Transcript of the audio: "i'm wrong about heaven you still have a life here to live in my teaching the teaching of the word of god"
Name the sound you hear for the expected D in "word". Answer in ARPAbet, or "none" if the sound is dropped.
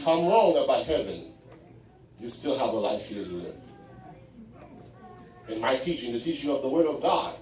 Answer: D